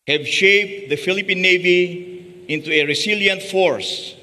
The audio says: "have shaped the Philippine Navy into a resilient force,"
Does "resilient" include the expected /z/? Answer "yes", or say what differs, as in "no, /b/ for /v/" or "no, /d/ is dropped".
no, /s/ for /z/